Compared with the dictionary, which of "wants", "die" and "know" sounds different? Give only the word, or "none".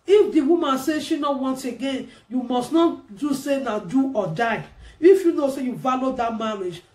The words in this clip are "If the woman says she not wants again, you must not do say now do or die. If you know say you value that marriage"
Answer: wants